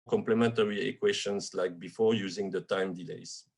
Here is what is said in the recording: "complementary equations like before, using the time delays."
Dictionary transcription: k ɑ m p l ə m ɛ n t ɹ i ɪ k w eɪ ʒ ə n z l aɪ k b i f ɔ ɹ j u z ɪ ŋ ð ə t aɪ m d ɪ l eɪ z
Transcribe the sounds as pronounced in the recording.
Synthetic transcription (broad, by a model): k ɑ m p l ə m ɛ n t ɹ i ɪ k w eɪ ʃ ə n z l aɪ k b i f ɔ ɹ j u z ɪ ŋ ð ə t aɪ m d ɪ l eɪ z